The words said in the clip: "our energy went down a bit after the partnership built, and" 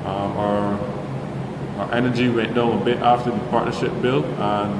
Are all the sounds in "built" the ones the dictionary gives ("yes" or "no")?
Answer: no